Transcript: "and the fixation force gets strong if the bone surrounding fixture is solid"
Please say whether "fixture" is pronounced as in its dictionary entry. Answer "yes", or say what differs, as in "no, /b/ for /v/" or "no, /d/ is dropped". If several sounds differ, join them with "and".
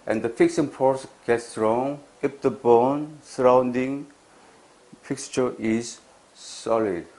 yes